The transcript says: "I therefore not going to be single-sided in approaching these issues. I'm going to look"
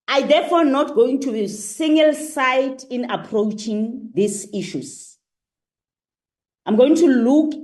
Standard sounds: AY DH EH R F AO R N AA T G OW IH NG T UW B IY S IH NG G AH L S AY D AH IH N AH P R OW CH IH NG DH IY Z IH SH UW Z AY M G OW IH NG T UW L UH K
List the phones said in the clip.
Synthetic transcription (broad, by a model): AY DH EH F AO N AA T G OW IH NG T UW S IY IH NG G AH L S AY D IH N AH P R OW CH IH NG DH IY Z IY SH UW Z AY M G OW IH NG T UW L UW K